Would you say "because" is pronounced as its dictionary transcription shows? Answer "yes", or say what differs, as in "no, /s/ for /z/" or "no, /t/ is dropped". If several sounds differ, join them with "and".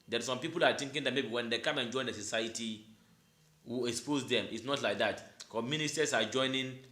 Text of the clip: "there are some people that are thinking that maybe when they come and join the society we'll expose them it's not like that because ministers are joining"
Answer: no, /z/ is dropped